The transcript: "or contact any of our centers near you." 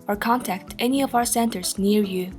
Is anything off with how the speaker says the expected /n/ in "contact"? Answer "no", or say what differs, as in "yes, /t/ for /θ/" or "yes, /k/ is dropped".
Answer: no